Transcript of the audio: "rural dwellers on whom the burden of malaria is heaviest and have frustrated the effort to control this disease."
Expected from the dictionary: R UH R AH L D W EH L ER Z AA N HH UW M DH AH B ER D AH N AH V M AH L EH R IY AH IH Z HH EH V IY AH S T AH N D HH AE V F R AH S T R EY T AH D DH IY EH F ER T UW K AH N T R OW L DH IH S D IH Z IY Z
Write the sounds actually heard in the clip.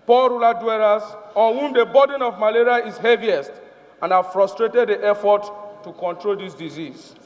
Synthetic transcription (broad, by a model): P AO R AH L D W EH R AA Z AA N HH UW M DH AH B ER D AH N AH V M AH L EH R IY AH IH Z HH EH V IY AH S T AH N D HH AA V F R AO S T R EY T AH D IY EH F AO T UW K AH N T R OW L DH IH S D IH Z IY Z